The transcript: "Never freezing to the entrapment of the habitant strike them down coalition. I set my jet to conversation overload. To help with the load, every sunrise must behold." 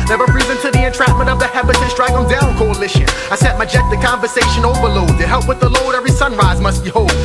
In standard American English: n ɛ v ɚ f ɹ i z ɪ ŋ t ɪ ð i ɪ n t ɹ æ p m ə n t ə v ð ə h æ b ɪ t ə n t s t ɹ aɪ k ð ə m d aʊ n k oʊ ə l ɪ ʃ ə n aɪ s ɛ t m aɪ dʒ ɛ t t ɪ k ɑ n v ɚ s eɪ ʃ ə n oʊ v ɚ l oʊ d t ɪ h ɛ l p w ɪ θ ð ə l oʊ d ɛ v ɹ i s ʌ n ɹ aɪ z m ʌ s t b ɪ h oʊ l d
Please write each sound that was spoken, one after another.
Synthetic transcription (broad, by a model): n ɛ v ɚ p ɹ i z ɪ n t ɪ ð i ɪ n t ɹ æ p m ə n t ə v ð ə h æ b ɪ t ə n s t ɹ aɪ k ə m d aʊ n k oʊ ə l ɪ ʃ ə aɪ s ɛ t m aɪ dʒ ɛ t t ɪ k ɑ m v ɚ s eɪ ʃ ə n oʊ v ɚ l oʊ d t ɪ h ɛ l p w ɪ ð ə l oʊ d ɛ v ɹ i s ʌ n ɹ aɪ z m ʌ s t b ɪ h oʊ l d